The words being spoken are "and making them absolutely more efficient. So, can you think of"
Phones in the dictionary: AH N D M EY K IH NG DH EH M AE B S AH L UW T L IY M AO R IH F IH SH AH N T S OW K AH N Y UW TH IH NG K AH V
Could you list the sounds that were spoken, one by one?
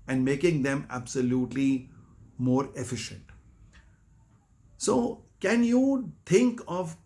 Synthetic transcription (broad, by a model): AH N D M EY K IH NG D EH M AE B S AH L UW T L IY M AO R IH F IH SH AH N T S OW K AH N Y UW T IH NG K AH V